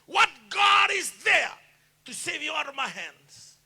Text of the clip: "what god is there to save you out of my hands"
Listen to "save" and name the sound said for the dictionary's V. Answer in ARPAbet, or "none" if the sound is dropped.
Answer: V